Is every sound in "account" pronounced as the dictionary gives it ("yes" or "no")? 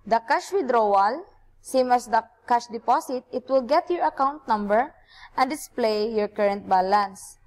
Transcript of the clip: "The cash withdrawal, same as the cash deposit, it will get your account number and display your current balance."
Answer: yes